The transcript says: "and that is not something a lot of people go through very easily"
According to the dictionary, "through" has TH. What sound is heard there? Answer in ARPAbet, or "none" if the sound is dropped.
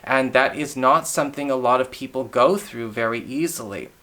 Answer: TH